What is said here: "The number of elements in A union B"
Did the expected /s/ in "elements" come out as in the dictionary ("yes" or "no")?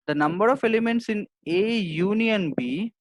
yes